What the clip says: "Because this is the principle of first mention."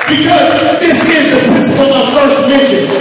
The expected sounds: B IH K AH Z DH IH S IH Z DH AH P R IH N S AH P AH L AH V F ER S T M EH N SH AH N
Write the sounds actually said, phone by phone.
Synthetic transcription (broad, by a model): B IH K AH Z DH IH S IH Z DH AH P R IH N S AH P AH L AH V F ER S T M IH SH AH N